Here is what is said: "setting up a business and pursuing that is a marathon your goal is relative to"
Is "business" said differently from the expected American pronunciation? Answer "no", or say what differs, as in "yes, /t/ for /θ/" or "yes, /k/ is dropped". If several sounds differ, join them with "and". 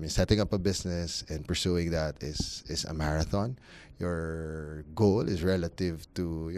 yes, /s/ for /z/